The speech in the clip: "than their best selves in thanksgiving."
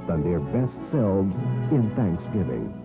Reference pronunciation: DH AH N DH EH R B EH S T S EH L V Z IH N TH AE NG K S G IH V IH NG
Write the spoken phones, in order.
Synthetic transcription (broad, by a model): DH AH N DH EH R B EH S T S EH L V Z IH N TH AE NG K S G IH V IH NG